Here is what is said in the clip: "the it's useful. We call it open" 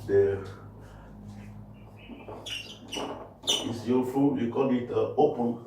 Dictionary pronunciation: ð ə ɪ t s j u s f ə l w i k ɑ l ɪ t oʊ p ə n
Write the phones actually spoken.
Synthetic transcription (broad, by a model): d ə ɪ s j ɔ f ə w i k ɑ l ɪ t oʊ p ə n